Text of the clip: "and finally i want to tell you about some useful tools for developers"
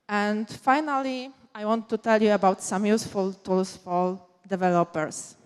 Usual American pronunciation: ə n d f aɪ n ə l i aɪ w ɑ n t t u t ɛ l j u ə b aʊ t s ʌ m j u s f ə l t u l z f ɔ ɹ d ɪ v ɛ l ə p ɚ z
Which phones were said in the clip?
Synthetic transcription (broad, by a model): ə n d f aɪ n ə l i aɪ w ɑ n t t u t ɛ l j u ə b aʊ t s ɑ m j u s f ə l t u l s f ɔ l d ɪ v ɛ l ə p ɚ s